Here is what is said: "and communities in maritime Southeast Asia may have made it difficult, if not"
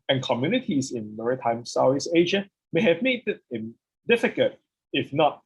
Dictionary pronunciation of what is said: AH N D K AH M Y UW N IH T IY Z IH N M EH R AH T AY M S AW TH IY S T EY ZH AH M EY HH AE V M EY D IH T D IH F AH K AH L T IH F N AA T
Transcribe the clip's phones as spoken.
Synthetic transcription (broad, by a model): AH N K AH M Y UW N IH T IY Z IH N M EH R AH T AY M S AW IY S EY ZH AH M EY HH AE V M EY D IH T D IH F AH K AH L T IH F N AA T